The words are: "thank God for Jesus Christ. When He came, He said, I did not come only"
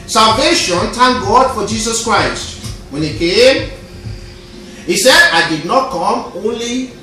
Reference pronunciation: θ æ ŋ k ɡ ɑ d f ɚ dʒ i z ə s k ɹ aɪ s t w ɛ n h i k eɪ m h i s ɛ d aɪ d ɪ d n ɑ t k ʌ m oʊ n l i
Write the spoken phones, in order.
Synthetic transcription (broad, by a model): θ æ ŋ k ɡ ɑ d f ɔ dʒ i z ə s k ɹ aɪ s t w ɛ n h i k eɪ m h i s ɛ d aɪ d ɪ d n ɑ t k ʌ m oʊ n l i